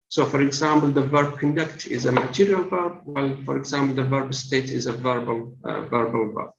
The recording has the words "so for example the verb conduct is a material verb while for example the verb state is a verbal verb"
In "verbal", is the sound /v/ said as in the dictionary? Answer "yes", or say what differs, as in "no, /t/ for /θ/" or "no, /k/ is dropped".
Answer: yes